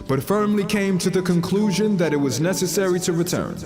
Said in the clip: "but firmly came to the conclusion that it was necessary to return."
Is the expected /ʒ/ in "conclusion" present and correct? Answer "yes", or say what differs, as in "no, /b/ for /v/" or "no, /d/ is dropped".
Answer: yes